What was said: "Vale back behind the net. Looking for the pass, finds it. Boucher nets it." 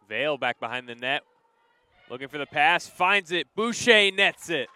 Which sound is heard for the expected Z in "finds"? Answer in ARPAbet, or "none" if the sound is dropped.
Z